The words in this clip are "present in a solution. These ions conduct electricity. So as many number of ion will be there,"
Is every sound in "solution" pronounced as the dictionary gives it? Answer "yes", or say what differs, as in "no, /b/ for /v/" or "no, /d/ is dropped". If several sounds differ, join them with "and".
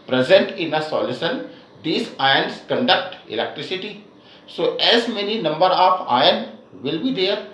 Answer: no, /s/ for /ʃ/